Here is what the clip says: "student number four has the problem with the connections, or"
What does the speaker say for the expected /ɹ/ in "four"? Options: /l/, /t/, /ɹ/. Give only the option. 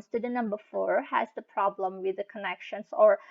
/ɹ/